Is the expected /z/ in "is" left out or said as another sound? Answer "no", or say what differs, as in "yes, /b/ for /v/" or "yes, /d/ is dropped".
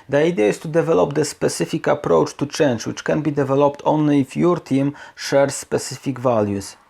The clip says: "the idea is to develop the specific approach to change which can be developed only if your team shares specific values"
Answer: yes, /s/ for /z/